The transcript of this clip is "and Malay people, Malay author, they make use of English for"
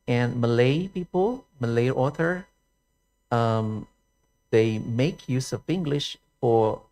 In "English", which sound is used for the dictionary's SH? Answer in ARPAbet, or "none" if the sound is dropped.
SH